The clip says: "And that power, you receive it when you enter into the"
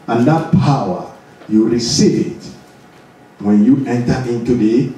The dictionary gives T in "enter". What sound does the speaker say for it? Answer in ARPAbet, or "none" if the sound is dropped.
T